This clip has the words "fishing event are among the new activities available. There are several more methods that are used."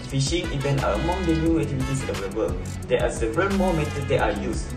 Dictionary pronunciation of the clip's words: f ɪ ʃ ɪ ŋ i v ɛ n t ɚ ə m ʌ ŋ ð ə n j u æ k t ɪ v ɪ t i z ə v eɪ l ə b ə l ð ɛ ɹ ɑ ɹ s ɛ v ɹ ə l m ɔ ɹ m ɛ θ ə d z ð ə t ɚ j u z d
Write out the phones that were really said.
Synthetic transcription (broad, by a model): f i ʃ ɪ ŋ i v ɛ n t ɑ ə m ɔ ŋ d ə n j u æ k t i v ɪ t i s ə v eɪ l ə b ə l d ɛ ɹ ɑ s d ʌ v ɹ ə n m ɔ m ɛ t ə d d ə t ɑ j u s